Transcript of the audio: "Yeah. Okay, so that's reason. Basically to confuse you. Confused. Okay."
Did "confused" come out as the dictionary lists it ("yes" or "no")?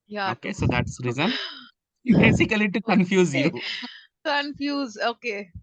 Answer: no